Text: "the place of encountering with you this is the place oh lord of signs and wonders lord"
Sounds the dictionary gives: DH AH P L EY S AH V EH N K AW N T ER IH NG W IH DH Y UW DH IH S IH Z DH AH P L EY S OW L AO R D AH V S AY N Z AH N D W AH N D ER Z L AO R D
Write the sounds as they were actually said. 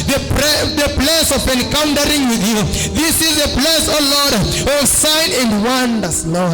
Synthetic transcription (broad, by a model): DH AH P L EY S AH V EH N K AW N T ER IH NG W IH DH Y UW DH IH S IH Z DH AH P L EY S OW L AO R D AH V S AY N AH N D W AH N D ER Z L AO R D